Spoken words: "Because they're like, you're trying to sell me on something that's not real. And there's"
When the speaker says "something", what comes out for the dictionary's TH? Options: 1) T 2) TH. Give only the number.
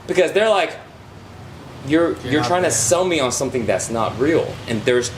2